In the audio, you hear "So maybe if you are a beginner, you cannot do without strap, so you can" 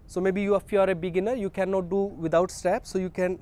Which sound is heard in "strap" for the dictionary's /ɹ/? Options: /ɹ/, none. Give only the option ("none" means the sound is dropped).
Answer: none